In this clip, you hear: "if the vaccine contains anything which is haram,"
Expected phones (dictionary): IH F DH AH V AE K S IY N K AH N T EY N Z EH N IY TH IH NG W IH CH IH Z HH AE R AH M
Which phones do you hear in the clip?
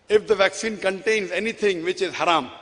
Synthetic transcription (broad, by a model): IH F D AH V AE K S IY N K AH N T EY N Z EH N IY T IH NG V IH CH IH Z HH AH R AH M